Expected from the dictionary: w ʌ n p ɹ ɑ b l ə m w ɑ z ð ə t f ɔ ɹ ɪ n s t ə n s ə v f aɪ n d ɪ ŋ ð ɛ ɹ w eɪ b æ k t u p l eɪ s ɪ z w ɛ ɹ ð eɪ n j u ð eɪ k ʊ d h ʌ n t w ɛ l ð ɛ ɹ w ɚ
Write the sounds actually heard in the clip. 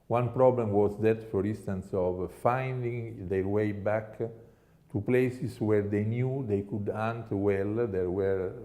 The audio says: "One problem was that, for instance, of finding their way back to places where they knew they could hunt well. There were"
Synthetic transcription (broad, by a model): w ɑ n p ɹ ɑ b l ə m w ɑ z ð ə t f ɔ ɹ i n s t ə n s ə v f aɪ n d ɪ ŋ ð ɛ ɹ w eɪ b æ k t u p l eɪ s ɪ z w ɛ ɹ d eɪ n j u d eɪ k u d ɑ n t w ɛ l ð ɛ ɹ w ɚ